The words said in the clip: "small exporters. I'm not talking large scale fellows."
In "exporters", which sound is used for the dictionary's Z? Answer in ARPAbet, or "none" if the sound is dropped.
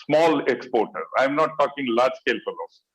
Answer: none